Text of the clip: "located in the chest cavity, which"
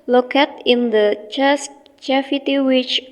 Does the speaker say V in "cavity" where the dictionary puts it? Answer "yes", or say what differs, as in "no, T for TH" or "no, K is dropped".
no, F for V